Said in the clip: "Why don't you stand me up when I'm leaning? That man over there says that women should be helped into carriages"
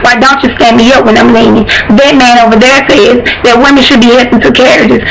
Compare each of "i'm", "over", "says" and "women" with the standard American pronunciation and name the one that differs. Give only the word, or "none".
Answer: none